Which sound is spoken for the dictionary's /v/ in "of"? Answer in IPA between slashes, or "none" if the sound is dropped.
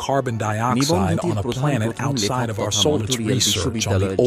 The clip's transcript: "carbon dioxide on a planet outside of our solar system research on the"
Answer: /v/